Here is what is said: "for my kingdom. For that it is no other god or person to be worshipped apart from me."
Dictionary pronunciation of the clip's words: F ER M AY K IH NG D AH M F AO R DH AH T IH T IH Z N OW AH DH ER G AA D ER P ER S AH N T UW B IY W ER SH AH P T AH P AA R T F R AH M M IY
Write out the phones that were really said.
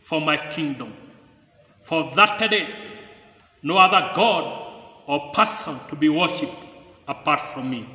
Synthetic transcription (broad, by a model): F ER M AY K IH NG D AH M F AO R DH AH T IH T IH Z N OW AH DH ER G AA D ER P ER S AH N T UW B IY W ER SH AH P T AH P AA R T F R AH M M IY